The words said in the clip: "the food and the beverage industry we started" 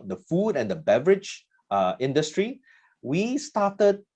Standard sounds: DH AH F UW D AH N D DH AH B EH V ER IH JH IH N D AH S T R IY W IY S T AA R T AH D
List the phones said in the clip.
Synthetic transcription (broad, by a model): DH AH F UW D AH N D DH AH B EH V ER IH JH IH N D AH S T R IY W IY S T AA T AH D